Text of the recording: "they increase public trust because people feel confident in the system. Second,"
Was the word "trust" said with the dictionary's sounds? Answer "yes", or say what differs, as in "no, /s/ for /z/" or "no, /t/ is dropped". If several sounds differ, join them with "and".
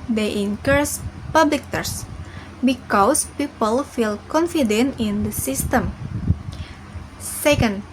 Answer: no, /ɹ/ is dropped